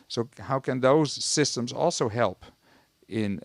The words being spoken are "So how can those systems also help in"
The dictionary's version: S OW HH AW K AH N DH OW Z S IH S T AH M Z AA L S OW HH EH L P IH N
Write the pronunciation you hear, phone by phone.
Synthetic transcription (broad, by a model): S OW HH AW K AH N DH OW Z S IH S T AH M Z AA L S OW HH EH L P IH N